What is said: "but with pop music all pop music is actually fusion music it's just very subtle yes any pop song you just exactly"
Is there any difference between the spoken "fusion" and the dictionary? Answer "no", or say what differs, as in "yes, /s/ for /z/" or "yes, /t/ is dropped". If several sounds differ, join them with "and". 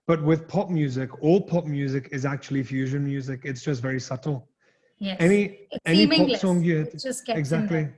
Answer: no